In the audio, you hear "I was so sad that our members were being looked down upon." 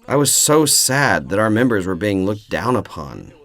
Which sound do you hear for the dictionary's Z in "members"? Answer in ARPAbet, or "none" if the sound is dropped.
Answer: Z